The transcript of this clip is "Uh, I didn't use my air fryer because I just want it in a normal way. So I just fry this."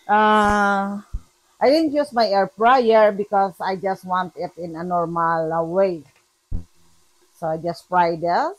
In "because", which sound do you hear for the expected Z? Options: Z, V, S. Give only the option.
S